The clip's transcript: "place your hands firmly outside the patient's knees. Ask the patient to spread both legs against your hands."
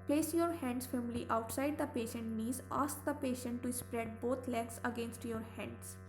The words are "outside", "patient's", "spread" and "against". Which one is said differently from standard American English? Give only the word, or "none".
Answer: patient's